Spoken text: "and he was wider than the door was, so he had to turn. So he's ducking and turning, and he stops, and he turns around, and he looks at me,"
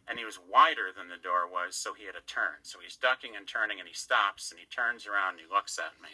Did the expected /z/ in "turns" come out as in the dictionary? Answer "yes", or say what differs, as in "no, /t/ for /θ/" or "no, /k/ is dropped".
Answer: yes